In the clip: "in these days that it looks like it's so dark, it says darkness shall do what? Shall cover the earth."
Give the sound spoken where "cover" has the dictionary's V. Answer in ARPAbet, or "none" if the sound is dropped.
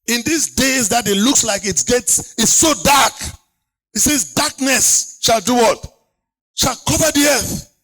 V